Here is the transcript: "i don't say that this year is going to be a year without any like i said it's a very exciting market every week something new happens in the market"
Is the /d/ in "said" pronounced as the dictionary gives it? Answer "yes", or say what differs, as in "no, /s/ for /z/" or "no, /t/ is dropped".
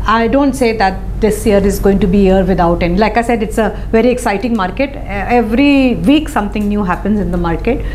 yes